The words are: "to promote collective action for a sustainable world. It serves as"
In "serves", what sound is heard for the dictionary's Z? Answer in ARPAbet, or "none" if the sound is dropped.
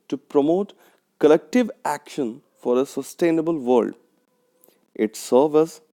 none